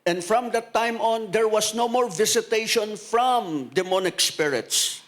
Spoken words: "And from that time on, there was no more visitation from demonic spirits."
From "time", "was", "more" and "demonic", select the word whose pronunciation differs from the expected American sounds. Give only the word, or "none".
was